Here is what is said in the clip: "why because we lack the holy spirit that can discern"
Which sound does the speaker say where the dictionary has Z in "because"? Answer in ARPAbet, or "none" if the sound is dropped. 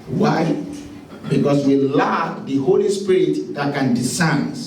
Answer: S